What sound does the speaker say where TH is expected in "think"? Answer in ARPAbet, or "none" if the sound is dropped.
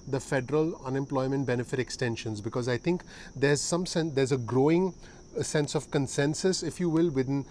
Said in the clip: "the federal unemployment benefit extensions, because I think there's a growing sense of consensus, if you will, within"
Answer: T